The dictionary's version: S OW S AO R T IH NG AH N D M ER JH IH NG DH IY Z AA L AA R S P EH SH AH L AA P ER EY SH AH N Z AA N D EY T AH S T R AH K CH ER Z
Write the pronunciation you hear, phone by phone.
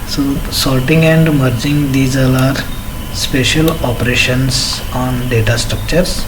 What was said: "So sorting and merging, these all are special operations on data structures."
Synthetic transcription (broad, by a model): S OW S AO L T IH NG AH N D M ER JH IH NG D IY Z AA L AA R S P EH SH AH L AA P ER EY SH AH N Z AA N D EY T AH S T R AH K CH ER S